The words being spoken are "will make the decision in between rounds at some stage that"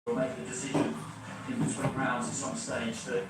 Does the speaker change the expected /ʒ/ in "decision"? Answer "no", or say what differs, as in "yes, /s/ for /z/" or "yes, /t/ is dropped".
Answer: no